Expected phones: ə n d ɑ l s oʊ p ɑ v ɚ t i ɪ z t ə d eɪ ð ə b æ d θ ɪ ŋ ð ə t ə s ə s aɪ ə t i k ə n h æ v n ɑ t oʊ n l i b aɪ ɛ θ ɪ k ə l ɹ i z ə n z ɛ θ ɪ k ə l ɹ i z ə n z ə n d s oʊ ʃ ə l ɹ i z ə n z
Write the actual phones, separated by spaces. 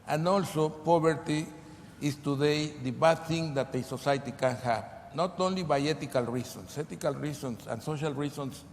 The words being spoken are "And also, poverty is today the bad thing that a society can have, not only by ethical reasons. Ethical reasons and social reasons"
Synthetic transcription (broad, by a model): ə n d ɑ l s oʊ p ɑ b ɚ t i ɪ s t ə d eɪ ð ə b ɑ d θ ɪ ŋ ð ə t ə s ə s aɪ t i k ə n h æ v n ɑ t oʊ n l i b aɪ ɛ t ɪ k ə l ɹ i s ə n s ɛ t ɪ k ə l ɹ i s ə n s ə n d s oʊ ʃ ə l ɹ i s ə n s